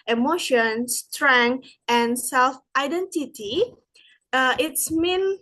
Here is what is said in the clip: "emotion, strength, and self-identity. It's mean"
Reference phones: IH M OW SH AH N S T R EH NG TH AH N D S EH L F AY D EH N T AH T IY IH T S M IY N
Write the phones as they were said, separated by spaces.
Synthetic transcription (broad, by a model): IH M OW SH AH N S T R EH NG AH N S EH L F AY D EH N T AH T IY IH T S M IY N